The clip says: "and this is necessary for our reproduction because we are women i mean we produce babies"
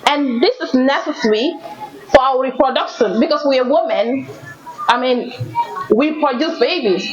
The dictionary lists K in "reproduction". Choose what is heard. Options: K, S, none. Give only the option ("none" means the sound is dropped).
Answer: K